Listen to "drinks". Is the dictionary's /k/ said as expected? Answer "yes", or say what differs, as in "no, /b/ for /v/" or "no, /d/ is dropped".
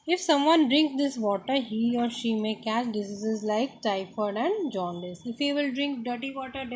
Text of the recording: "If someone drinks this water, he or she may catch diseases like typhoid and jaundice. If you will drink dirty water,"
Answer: yes